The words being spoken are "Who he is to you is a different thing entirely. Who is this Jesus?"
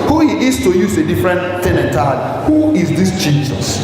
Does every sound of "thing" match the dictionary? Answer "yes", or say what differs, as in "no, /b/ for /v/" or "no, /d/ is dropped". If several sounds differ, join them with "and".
no, /t/ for /θ/